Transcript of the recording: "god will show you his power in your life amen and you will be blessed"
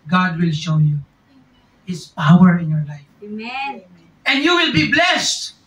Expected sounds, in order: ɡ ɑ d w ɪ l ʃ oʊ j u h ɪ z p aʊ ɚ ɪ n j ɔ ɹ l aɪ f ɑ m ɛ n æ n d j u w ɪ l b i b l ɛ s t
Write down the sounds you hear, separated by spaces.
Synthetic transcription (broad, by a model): ɡ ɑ d w ɪ l ʃ oʊ j u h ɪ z p aʊ ɚ ɪ n j ɔ ɹ l aɪ f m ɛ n n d j u w ɪ l b i b l ɛ s t